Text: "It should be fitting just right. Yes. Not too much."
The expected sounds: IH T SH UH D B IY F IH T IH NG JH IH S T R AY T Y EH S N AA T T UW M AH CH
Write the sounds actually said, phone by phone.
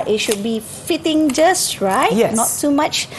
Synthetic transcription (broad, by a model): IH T SH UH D B IY F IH T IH NG JH IH S T R AY T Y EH N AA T T UW M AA CH